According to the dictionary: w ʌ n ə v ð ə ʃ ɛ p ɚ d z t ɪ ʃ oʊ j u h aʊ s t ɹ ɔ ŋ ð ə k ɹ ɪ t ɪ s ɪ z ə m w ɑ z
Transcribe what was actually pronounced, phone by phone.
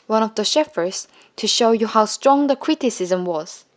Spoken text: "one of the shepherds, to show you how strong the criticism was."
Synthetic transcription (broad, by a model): w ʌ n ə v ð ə ʃ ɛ f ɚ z t ɪ ʃ oʊ j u h aʊ s t ɹ ɔ ŋ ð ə k ɹ ɪ t ɪ s ɪ z ə m w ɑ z